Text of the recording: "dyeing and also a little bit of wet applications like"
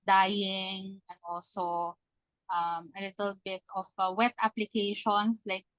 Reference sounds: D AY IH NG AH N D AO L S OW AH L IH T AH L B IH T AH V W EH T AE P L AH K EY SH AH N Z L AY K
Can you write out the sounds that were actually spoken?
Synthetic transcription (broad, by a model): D AY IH NG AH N AO S OW AH L IH T AH L B IH T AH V W EH T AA P L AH K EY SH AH N S L AY K